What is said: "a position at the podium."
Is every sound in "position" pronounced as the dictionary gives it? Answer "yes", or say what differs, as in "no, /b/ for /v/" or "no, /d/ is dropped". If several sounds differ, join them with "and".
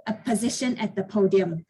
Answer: yes